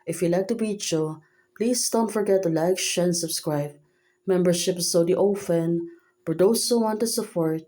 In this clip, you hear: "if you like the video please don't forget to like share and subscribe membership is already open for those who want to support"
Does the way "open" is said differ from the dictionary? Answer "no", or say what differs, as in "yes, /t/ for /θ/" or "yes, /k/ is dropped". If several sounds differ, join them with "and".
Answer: yes, /f/ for /p/